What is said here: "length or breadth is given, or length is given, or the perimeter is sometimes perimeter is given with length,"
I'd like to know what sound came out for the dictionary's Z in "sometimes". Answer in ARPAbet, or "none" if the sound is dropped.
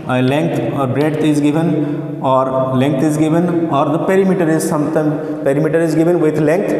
none